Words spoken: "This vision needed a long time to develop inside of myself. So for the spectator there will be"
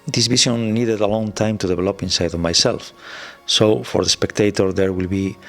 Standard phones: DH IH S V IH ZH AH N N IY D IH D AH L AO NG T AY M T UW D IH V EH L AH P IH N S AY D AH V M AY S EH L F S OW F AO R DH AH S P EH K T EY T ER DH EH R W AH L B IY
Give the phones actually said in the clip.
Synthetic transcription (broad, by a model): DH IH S B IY SH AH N N IY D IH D AH L AO NG T AY M T UW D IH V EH L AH P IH N S AY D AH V M AY S EH L F S OW F AO R DH AH S P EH K T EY T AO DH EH R W AH L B IY